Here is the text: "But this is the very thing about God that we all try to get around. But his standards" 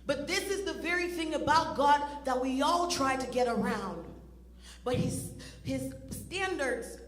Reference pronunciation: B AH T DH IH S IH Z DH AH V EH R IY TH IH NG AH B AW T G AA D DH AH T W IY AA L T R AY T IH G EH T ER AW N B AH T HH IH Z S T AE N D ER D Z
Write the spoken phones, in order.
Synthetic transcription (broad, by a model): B AH T DH IH S IH Z DH AH V EH R IY TH IH NG AH B AW T G AA D DH AH T W IY AA L T R AY T IH G EH T ER AW N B AH T HH IH Z S T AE N D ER D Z